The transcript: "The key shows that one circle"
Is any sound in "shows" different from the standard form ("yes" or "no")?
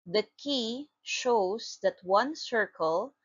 yes